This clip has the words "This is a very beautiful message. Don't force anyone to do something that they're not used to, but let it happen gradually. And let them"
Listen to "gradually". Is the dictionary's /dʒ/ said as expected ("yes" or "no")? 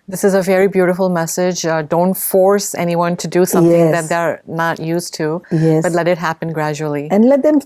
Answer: yes